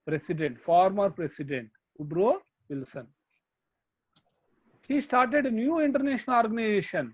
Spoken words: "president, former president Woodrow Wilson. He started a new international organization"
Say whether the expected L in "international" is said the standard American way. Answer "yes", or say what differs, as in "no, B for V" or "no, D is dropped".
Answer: no, N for L